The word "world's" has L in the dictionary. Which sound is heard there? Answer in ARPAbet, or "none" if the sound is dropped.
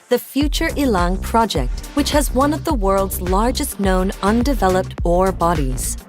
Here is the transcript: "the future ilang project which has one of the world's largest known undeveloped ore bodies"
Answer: L